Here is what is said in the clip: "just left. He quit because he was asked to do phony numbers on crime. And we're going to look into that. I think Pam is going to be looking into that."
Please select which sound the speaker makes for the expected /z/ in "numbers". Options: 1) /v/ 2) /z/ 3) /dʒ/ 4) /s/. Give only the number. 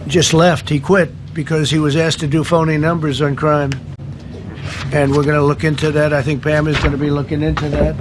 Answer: 2